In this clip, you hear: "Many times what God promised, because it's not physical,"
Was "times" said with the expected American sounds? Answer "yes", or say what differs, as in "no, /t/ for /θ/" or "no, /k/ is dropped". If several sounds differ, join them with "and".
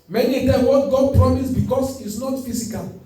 no, /z/ is dropped